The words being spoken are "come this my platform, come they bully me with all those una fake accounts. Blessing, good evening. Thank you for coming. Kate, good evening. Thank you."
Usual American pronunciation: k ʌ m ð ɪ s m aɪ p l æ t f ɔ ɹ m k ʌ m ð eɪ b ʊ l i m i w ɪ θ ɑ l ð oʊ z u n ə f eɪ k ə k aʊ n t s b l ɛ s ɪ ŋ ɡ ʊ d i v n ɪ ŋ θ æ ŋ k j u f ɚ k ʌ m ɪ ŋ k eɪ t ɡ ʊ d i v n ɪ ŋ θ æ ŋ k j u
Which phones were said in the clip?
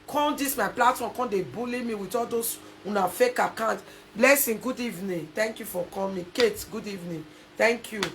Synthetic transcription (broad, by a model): k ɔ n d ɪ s m aɪ p l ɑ t f ɔ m k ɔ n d eɪ b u l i m i w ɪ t ɑ l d oʊ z u n ə f eɪ k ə k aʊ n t b l ɛ s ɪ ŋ ɡ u d i v n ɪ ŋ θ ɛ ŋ k j u f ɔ k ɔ m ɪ k eɪ t ɡ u d i v n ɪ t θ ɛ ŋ k j u